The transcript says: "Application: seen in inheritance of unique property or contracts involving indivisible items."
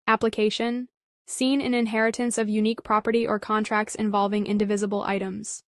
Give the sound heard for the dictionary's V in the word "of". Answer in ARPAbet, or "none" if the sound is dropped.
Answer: V